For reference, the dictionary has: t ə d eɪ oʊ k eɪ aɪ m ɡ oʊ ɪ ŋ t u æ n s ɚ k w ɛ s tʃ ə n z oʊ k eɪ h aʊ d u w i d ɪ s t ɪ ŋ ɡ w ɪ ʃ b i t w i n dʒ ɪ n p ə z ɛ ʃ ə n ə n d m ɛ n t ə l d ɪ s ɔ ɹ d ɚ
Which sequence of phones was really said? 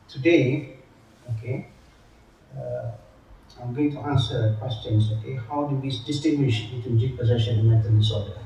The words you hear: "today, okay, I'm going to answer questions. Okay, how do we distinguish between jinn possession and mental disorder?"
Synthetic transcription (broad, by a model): t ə d eɪ oʊ k eɪ aɪ m ɡ oʊ ɪ ŋ t u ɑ n s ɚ k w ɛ s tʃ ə n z oʊ k eɪ h aʊ d u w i d ɪ s t ɪ ŋ ɡ w ɪ ʃ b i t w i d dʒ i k p ə z ɛ ʃ ə n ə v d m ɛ t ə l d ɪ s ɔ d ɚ